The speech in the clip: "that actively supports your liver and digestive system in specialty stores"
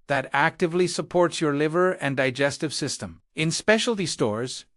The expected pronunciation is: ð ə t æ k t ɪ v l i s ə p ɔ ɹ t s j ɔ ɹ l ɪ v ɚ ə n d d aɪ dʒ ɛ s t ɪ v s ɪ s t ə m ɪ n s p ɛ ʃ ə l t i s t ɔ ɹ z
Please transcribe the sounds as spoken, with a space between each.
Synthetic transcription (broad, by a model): ð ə t æ k t ɪ v l i s ə p ɔ ɹ t s j ɔ ɹ l ɪ v ɚ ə n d d aɪ dʒ ɛ s t ɪ v s ɪ s t ə m ɪ n s p ɛ ʃ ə l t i s t ɔ ɹ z